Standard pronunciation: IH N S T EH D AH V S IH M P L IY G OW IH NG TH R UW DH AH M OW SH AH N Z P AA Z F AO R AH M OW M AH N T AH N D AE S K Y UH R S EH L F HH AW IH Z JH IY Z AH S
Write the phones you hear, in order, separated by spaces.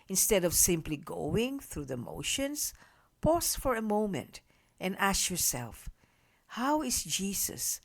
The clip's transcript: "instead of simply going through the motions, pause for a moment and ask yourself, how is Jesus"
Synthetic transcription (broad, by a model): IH N S T EH D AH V S IH M P L IY G OW IH NG TH R UW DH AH M OW SH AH N S P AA S F AO R AH M OW M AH N T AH N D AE S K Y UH R S EH L F HH AW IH S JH IY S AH S